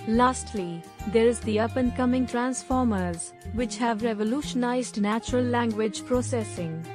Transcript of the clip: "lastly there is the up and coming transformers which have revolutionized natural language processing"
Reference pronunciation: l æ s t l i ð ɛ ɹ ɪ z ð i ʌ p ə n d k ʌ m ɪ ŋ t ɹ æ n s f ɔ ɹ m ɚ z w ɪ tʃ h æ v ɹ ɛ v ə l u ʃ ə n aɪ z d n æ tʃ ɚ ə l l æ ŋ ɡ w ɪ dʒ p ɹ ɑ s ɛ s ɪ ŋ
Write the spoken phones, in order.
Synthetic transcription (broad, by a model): l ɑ s t l i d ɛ ɹ ɪ z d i ʌ p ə n k ʌ m ɪ ŋ t ɹ æ n s f ɔ ɹ m ɚ z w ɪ tʃ h æ v ɹ ɛ v ə l u ʃ ə n aɪ z d n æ tʃ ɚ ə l l æ ŋ ɡ w ɪ dʒ p ɹ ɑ s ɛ s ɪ ŋ